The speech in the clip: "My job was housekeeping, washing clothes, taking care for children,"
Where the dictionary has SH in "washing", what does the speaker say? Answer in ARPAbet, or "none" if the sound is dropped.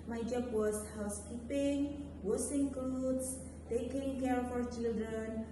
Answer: S